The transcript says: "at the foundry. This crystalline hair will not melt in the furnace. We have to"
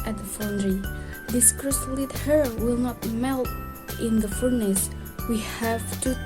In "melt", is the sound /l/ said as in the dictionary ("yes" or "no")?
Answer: yes